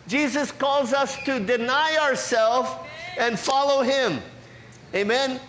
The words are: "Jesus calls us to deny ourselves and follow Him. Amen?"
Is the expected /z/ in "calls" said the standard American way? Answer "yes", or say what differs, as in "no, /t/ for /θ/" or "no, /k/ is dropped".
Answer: yes